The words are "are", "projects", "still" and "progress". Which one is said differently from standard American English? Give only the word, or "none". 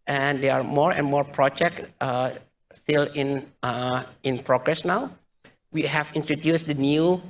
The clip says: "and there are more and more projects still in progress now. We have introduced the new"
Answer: still